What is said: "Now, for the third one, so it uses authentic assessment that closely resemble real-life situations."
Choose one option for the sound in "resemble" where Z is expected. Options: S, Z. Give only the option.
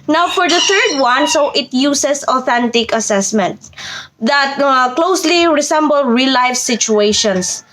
S